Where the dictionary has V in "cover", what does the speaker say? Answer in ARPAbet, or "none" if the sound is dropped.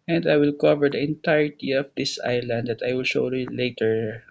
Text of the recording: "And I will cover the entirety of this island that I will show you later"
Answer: V